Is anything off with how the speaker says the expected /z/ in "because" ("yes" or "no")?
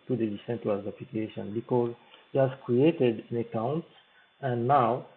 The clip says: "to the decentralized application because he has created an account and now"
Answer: no